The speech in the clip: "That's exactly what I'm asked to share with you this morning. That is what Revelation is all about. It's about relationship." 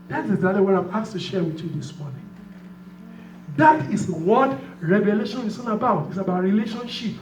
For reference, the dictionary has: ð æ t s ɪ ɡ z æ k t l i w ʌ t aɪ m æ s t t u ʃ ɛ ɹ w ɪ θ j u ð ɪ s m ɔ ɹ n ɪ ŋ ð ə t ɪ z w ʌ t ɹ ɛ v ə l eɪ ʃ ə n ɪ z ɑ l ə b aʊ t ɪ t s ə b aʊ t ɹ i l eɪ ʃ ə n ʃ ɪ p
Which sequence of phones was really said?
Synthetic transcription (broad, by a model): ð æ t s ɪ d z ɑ t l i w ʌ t aɪ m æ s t t u ʃ ɛ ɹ w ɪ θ j u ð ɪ s m ɔ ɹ n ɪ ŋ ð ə t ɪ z w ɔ t ɹ ɛ v ə l eɪ ʃ ə n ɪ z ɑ n ə b aʊ t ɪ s ə b aʊ t ɹ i l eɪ ʃ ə n ʃ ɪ p